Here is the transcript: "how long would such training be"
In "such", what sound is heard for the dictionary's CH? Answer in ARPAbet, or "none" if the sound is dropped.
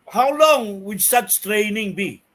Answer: S